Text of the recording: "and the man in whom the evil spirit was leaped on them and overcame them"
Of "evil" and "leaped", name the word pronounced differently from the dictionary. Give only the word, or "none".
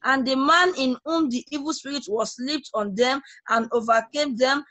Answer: none